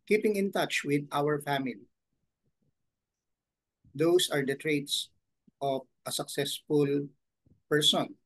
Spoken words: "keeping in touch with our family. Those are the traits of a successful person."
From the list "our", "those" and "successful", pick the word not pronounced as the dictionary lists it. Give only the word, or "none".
those